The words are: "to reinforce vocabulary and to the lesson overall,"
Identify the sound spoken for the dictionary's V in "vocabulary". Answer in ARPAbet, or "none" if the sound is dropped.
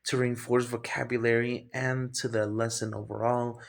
V